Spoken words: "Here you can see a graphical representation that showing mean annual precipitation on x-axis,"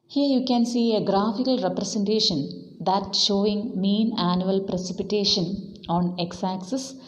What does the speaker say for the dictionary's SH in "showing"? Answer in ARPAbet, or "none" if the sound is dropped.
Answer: SH